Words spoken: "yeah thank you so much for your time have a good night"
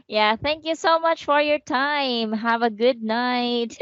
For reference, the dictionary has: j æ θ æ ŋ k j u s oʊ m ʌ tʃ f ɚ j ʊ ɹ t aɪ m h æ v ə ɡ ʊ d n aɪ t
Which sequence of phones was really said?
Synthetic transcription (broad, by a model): j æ θ æ ŋ k j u s oʊ m ʌ tʃ f ɚ j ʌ ɹ t aɪ m h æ v ə ɡ ʊ d n aɪ t